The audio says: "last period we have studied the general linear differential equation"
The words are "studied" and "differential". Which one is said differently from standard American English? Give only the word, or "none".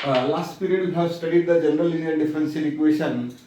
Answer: differential